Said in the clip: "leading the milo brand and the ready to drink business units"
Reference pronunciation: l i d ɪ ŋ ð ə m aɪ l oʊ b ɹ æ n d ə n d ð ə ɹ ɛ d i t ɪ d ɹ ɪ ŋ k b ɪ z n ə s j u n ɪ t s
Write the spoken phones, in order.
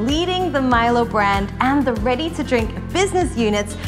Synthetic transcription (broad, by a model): l i d ɪ ŋ ð ə m aɪ l oʊ b ɹ æ n d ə n ð ə ɹ ɛ d i t ɪ d ɹ ɪ ŋ k b ɪ z n ə s j u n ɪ t s